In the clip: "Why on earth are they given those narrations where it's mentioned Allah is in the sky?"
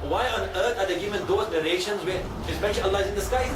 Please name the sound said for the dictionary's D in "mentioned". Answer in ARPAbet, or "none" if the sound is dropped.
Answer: none